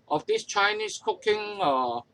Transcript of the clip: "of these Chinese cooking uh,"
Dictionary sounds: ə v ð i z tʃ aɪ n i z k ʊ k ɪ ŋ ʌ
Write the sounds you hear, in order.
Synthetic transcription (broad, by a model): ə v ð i s tʃ aɪ n i s k ʊ k ɪ ŋ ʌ